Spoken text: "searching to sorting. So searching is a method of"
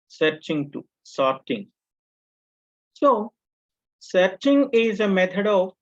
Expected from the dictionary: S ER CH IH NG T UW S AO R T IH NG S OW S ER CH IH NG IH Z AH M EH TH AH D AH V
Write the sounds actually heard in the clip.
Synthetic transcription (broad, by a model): S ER CH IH NG T UW S AO R T IH NG S OW S ER CH IH NG IH Z AH M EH T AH D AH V